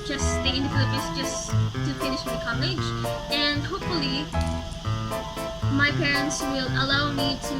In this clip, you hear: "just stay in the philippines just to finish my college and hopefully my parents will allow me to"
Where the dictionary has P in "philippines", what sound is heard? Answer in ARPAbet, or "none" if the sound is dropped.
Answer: none